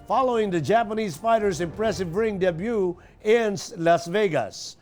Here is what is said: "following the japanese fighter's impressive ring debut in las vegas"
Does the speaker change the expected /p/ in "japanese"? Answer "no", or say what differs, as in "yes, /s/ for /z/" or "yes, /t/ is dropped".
no